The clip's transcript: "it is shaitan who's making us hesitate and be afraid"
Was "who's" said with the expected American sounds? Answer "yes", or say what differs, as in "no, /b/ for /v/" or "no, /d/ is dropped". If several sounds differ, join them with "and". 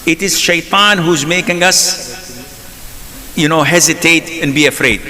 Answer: yes